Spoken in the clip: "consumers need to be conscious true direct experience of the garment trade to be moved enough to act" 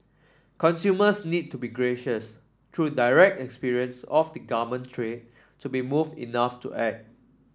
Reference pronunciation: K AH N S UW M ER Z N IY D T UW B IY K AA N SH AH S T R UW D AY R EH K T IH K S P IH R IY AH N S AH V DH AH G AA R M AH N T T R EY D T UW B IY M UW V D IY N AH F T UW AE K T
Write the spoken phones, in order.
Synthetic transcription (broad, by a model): K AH N S UW M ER S N IY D T UW B IY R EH SH AH S T R UW D AY R EH K T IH K S P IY R IY AH N S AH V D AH G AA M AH N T T R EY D T UW B IY M UW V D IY N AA F T UW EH T